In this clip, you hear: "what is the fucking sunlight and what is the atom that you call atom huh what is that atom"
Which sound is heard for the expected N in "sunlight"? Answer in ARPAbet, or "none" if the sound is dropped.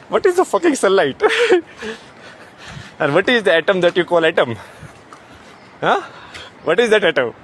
none